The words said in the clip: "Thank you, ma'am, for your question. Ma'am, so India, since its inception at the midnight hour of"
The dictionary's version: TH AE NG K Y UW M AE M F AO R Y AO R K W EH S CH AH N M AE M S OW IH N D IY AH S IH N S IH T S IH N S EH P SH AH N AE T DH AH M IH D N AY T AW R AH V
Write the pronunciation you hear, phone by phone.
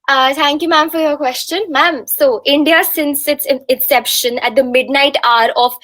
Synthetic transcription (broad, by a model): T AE NG K Y UW M AE M F AO R Y AO R K W EH S CH AH N M AE M S OW IH N D IY AH S IH N S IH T S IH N S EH P SH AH N AE T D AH M IH D N AY T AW R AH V